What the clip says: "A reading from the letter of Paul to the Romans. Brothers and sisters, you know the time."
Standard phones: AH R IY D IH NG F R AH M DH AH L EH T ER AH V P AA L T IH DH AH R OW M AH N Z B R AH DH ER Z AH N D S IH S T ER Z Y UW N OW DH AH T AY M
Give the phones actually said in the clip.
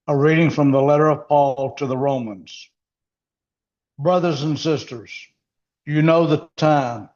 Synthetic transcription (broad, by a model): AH R IY D IH NG F R AH M DH AH L EH T ER AH V P AA L T IH DH AH R OW M AH N Z B R AH DH ER Z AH N S IH S T ER Z Y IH N OW DH AH T AY M